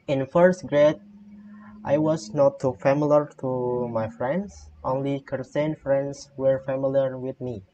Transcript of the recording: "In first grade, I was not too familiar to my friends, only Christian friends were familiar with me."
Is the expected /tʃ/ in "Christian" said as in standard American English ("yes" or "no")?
no